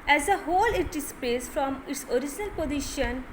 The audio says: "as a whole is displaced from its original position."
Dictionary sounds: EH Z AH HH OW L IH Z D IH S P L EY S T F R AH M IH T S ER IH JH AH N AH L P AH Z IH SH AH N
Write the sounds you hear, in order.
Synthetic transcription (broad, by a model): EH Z AH HH OW L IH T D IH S P EY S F R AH M IH T S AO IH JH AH N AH L P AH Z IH SH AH N